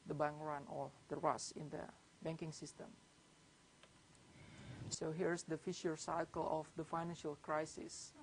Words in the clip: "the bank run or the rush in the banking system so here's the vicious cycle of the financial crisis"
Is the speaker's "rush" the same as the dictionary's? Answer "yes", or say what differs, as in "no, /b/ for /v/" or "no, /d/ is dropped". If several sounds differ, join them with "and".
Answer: no, /s/ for /ʃ/